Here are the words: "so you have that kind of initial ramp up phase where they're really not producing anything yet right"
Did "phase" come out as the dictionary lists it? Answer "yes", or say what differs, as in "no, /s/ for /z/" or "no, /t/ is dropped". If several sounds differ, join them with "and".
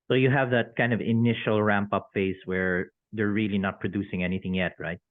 no, /s/ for /z/